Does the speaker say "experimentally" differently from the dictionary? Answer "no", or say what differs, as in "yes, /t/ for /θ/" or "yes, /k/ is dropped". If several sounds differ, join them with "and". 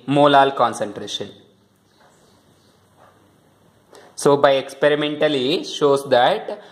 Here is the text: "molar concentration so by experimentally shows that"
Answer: no